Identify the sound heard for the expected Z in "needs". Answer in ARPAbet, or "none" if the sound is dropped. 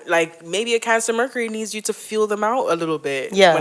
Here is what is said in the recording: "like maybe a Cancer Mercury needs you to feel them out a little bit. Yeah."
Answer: Z